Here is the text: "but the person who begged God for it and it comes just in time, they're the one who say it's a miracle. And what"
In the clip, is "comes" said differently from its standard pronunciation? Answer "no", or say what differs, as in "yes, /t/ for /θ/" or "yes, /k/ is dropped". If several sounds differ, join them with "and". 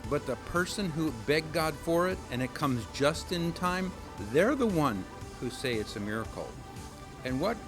no